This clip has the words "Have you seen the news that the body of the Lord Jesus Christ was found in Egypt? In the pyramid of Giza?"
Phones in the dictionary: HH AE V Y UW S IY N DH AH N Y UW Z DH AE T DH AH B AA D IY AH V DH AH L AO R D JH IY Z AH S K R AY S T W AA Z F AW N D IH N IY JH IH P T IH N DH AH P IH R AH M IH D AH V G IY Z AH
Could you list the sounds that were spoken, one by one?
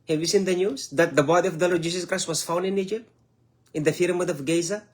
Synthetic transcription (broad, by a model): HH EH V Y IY S IY N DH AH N Y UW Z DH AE T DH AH B AA D IY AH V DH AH L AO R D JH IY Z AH S K R AY S T W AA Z F AW N D IH N IY JH IH P T IH N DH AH F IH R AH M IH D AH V G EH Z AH